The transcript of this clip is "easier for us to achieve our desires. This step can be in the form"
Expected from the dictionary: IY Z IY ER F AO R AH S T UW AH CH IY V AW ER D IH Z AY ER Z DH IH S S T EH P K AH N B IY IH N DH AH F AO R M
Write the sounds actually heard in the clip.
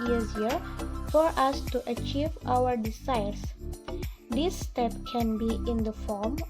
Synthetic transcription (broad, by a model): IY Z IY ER F AO R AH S T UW AH CH IY V AW ER D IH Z AY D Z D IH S S T EH P K AH N B IY IH N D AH F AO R M